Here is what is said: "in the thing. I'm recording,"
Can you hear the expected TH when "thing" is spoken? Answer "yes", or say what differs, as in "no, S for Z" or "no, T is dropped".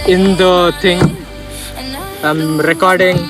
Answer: no, T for TH